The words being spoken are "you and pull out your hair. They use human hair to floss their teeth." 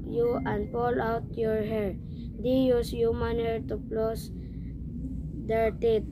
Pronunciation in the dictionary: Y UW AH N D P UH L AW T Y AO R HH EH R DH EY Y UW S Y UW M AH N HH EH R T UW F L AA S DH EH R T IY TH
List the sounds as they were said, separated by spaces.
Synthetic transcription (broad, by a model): Y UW AH N D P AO L AW T Y AO R HH EH R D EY Y UW S Y UW M AH N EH R T UW P L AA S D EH R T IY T